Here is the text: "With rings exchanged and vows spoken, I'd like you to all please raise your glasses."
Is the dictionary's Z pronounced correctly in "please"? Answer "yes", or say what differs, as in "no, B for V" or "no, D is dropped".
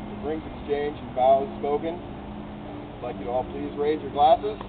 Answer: yes